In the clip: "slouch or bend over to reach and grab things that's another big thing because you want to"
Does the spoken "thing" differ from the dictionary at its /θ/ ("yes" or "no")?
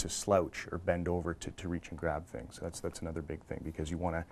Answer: no